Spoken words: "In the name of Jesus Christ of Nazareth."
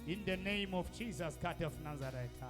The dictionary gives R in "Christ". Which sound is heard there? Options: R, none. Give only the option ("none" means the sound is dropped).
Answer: none